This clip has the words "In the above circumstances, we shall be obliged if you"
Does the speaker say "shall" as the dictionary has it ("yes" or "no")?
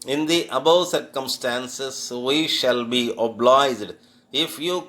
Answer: yes